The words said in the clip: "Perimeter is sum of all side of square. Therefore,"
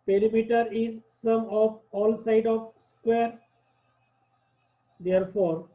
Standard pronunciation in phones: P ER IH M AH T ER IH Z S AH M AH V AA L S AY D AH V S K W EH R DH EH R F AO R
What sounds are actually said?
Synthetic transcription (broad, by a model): P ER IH M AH T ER IH Z S AH M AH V AA L S AY D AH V S K W EH R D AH R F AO R